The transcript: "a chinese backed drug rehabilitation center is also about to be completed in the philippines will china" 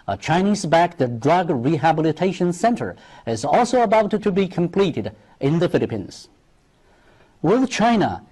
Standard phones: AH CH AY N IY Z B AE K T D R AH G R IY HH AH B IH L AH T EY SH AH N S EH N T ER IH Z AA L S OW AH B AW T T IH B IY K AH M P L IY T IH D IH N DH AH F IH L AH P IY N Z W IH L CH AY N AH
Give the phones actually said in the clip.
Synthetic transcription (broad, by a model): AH CH AY N IY Z B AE K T D R AH G R IY HH AH B IH L AH T EY SH AH N S EH N T ER IH Z AA L S OW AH B AW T T IH B IY K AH M P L IY T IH D IH N DH AH F IH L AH P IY N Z W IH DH CH AY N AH